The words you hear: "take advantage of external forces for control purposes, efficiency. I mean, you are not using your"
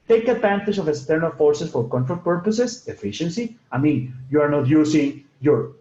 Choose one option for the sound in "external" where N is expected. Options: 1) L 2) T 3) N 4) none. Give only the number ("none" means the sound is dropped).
3